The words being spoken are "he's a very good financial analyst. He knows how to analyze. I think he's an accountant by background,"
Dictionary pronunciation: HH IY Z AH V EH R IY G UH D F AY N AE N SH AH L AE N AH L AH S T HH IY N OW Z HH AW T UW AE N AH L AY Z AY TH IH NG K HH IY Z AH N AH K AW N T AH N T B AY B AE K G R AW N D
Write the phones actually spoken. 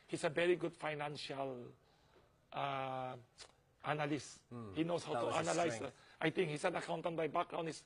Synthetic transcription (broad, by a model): HH IY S AH V EH R IY G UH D F AY N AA N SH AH L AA N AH L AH S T HH IY N OW S HH AW T UW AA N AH L AY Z AY T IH NG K HH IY S AH N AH K AW N T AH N B AY B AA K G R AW N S